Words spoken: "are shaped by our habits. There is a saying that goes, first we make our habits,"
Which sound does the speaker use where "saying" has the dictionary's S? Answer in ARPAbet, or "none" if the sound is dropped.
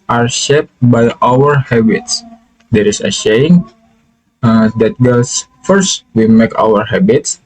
SH